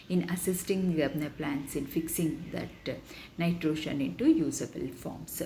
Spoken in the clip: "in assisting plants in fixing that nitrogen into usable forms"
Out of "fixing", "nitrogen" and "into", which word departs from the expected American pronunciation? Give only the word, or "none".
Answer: nitrogen